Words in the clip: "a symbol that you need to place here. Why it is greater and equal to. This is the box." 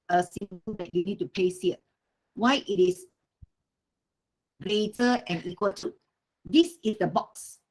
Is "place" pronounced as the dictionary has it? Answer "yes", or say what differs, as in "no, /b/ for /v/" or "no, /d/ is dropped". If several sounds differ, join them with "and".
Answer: no, /l/ is dropped